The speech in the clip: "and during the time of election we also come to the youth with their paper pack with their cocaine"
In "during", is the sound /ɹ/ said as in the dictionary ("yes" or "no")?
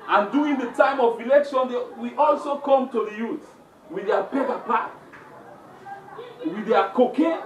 no